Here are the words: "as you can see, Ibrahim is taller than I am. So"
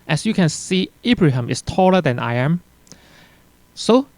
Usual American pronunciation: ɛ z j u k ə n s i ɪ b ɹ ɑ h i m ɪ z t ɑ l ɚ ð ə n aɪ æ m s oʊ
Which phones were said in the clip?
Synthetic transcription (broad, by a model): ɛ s j u k ə n s i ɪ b ɹ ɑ h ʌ m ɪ s t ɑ l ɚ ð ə n aɪ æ m s oʊ